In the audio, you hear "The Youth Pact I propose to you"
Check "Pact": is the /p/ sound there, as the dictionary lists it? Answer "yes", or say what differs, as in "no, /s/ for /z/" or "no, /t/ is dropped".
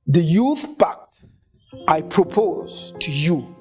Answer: no, /b/ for /p/